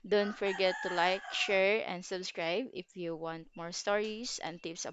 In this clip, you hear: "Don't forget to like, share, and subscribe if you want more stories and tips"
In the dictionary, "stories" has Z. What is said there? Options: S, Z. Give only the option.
S